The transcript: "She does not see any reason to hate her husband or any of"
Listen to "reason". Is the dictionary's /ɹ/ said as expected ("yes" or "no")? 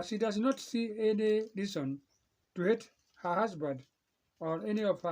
no